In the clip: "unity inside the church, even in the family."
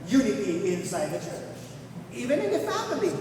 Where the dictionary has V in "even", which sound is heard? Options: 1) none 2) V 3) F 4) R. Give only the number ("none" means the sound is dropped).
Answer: 2